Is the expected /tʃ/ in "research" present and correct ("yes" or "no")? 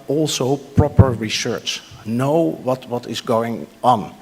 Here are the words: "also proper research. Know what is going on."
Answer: yes